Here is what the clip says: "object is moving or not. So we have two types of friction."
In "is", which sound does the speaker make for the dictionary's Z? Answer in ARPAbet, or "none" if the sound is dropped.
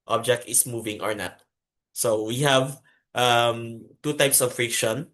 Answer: S